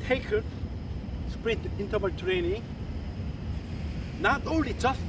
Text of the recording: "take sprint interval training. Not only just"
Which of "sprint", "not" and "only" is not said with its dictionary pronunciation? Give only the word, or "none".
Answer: sprint